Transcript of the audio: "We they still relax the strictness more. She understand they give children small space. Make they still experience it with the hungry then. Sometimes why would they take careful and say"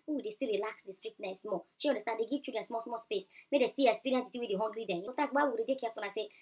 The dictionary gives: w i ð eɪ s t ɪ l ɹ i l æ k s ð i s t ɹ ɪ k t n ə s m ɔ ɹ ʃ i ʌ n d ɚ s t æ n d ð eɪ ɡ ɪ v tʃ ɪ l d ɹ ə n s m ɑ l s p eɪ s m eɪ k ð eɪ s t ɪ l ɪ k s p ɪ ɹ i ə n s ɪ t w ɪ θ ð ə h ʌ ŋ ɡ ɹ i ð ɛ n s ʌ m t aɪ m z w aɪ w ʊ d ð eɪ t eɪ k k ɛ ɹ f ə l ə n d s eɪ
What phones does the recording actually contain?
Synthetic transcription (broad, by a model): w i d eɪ s t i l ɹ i l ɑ k s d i s t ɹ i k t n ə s m ɔ ʃ i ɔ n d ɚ s t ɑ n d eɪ ɡ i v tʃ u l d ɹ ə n s m ɑ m s p eɪ s m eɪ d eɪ s t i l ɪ k s p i ɹ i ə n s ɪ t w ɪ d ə h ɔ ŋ ɡ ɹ i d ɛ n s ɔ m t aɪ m s w aɪ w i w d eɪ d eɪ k k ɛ f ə n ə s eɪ